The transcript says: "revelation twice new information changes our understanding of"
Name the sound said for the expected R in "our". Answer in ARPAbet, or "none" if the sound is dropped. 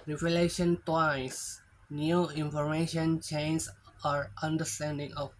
R